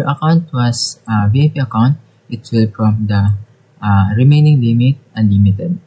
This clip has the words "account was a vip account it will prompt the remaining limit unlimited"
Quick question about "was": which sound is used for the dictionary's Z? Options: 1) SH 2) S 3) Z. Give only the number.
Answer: 2